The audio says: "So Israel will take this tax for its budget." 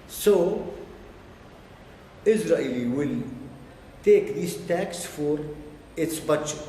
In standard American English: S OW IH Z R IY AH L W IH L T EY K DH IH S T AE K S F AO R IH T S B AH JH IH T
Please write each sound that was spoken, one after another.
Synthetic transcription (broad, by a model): S OW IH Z R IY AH L W IH L T EY K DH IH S T AE K S F AO R IH T S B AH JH